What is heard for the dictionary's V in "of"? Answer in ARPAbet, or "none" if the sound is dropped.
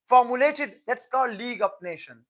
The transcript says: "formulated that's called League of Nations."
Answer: P